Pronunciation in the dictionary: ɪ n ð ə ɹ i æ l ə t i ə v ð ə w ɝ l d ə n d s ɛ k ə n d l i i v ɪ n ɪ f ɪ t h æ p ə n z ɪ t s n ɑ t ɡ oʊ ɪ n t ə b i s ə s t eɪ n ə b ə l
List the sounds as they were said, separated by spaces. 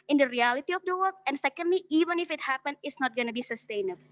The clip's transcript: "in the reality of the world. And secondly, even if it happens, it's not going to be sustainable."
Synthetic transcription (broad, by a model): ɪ n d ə ɹ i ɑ l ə t i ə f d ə w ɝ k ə n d s ɛ k ə n d l i i v ɪ n ɪ f ɪ t h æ p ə n ɪ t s n ɑ t ɡ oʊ n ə b i s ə s t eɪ n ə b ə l